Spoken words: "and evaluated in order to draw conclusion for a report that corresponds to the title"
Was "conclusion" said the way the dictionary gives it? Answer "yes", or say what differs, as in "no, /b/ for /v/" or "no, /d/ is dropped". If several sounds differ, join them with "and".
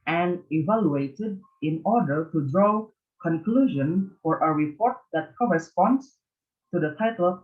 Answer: yes